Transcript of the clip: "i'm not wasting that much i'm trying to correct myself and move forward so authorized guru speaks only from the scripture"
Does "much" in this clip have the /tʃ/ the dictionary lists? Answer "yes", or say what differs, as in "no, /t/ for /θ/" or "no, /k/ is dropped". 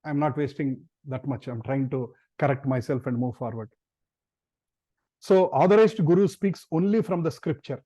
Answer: yes